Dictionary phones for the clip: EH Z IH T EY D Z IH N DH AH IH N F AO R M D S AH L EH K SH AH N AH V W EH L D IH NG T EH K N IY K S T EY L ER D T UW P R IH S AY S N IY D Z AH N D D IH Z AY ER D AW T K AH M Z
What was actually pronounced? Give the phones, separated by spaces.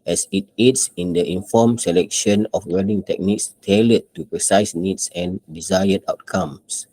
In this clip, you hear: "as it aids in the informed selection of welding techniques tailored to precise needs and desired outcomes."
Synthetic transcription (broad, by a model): EH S IH T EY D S IH N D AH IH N F AO M S AH L EH K SH AH N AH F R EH D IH NG T EH K N IY K S T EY L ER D T UW P R IH S AY S N IY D S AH N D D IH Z AY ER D AW T K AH M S